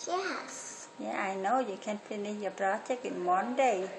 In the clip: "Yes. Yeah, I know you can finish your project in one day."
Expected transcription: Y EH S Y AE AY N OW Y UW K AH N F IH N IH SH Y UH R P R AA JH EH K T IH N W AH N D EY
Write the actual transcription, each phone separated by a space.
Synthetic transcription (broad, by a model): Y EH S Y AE AY N OW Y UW K AH N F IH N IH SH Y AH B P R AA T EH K IH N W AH N D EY